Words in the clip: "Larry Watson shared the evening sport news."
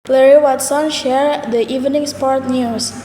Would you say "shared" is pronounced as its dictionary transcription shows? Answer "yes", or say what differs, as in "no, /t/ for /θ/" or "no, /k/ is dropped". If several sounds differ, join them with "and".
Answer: yes